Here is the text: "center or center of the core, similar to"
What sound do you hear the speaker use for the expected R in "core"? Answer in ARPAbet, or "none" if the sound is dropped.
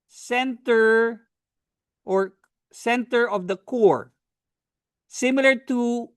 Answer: R